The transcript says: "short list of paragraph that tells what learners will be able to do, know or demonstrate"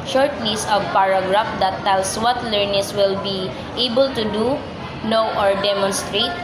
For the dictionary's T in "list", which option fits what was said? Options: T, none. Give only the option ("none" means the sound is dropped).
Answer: none